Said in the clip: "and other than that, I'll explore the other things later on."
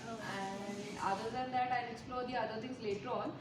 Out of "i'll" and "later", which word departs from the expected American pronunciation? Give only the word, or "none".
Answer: i'll